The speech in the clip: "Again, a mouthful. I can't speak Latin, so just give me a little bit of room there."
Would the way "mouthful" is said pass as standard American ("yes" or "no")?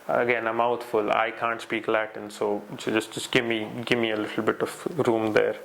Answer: no